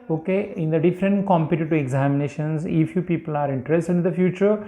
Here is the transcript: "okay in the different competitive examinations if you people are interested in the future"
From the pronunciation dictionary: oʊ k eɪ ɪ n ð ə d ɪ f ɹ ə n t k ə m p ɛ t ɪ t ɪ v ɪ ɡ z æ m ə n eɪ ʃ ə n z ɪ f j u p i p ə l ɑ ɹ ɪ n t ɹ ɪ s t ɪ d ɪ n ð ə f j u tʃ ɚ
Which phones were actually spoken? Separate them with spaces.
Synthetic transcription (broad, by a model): oʊ k eɪ ɪ n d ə d ɪ f ɹ ə n t k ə m p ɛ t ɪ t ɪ ɪ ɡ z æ m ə n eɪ ʃ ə n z ɪ f j u p i p ə l ɑ ɹ ɪ n t ɹ ɪ s t ɪ d ɪ n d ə f j u tʃ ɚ